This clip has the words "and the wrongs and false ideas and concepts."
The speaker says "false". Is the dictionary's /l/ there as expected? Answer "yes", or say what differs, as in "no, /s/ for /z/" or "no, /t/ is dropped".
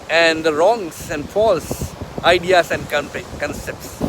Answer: yes